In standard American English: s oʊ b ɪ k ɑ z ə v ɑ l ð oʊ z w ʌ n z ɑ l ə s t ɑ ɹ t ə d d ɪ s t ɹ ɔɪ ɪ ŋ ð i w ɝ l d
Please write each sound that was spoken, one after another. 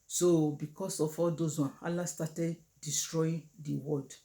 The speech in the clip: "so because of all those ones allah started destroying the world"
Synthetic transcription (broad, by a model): s oʊ b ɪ k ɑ s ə f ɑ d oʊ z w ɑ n ɑ l ə s t ɑ t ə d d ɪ s t ɹ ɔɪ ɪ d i w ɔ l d